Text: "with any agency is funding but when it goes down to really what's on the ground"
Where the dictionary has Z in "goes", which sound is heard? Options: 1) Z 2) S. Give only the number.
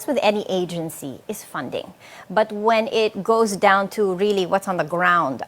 1